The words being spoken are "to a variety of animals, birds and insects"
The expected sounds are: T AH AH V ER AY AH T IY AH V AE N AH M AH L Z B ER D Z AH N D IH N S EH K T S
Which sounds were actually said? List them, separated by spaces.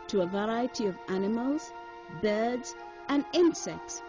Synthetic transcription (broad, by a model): T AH AH V ER AY AH T IY AH V AE N AH M AH L Z B ER D Z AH N IH N S EH K T S